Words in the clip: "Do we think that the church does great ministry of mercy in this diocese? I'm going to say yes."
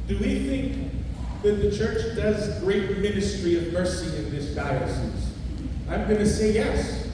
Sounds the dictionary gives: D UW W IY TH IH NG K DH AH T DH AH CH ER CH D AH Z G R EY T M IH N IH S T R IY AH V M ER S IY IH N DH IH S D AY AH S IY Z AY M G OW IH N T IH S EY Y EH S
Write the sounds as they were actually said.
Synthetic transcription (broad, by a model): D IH W IY TH IH NG K DH AH T DH AH CH ER CH D AH Z G R EY T M IH N IH S T R IY AH V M ER S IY IH N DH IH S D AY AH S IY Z AY M G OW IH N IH S EY Y EH S